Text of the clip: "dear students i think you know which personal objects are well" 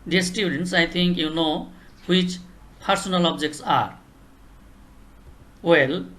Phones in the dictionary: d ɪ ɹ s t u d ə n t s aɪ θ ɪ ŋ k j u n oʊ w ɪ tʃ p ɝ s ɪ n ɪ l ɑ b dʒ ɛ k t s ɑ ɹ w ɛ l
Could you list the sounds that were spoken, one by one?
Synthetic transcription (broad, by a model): d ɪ s t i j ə n t s aɪ t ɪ ŋ k j u n oʊ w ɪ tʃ p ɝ s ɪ n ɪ l ɑ b dʒ ɛ k t s ɑ ɹ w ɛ l